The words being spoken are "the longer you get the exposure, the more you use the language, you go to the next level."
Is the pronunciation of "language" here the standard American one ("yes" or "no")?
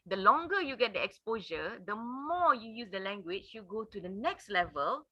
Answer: no